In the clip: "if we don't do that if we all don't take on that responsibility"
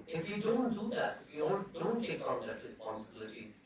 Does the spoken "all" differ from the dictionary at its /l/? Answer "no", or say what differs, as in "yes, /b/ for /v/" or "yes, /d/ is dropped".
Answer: yes, /n/ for /l/